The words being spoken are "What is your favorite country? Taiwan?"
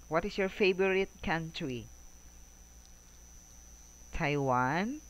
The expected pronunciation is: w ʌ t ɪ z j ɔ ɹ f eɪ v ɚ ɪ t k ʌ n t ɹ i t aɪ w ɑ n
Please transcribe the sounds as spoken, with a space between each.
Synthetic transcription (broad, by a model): w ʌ t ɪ s j ɔ ɹ f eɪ b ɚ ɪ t k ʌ n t ɹ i t aɪ w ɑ n